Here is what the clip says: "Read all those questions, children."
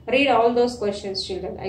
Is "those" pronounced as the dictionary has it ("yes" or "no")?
no